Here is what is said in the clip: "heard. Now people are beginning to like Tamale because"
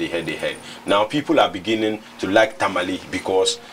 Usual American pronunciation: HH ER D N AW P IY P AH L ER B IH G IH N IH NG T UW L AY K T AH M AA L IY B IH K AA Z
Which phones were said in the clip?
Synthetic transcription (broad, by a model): HH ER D N AW P IY P AH L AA B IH G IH N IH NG T UW L AY K T AH M AA L IY B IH K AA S